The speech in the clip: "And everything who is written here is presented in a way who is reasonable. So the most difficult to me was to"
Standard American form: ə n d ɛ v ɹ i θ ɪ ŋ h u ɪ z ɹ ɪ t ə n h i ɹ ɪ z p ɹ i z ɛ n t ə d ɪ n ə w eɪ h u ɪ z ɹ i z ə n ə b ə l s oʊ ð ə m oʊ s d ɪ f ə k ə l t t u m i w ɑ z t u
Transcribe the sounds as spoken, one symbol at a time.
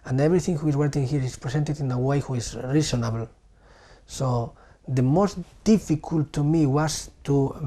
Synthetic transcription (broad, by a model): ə n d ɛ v ɹ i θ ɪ ŋ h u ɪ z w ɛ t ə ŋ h i ɹ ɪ s p ɹ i s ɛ n t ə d ɪ n ə w eɪ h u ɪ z ɹ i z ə n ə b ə l s oʊ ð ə m oʊ s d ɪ f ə k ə l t t u m i w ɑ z t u